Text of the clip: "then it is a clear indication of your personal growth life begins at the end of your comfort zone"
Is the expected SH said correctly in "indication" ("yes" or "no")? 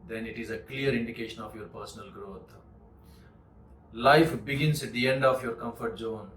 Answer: yes